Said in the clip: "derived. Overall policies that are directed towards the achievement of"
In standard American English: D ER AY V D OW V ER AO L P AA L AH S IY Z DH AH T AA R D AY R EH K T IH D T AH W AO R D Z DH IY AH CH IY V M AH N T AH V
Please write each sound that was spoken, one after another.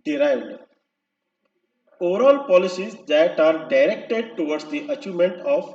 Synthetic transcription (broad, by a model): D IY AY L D OW V ER AO L P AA L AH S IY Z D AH T AA R D AY R EH K T IH D T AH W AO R D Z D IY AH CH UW M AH N T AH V